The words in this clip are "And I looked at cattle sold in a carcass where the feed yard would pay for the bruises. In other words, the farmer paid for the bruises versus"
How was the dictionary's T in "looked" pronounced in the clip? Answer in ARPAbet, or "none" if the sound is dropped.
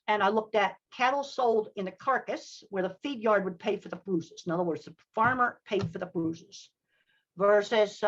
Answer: T